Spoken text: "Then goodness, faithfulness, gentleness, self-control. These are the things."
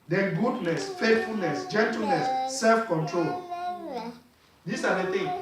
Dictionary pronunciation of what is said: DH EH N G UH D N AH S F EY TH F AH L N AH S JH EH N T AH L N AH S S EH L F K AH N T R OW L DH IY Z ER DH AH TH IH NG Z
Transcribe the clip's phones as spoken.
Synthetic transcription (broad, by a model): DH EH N G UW D N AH S F EY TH F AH L N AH S JH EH N T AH L N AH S S EH L F K AH N T R OW L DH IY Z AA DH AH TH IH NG